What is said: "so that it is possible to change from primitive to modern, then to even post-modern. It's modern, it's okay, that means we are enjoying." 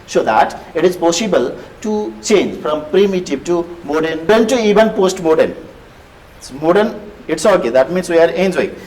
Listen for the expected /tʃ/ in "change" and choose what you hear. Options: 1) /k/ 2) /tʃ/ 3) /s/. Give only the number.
2